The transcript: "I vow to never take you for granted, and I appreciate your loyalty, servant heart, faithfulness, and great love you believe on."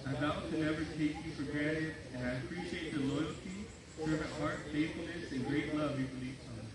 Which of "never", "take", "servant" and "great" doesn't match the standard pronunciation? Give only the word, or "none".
servant